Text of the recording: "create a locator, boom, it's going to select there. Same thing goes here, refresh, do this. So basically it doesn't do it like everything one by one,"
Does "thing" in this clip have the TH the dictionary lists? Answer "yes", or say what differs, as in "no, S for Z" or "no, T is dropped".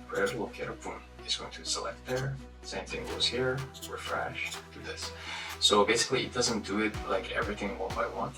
yes